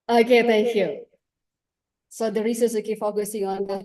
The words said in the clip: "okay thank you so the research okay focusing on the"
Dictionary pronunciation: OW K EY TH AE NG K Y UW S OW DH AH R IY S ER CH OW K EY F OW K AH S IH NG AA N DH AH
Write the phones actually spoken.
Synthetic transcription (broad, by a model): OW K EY T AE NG K Y UW S OW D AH R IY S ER S OW K EY F OW K AH S IH NG AA N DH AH